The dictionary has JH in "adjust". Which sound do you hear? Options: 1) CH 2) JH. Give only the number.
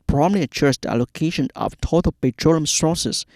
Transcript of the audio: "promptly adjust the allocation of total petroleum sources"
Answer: 1